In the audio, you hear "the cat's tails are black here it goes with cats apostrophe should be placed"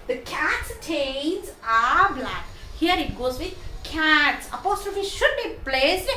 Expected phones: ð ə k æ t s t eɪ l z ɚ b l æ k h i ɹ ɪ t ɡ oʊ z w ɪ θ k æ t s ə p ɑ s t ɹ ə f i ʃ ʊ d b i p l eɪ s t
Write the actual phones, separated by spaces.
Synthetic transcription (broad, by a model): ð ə k æ t s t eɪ n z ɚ b l æ k h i ɹ ɪ t ɡ oʊ z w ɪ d k æ t s ə p ɑ s t ɹ ə f i ʃ ʊ d b i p l eɪ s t